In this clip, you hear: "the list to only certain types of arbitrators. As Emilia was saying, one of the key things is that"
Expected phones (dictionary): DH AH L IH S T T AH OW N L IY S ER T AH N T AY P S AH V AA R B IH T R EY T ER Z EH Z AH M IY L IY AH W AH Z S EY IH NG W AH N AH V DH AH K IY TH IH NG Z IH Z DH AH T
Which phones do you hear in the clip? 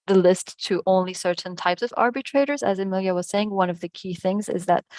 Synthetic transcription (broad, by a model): DH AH L IH S T T AH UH N L IY S ER T N T AY P S AH V AA R B IH T R EY T ER Z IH Z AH M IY L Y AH W AH Z S EY IH NG W AH N AH V DH AH K IY TH IH NG Z IH Z DH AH T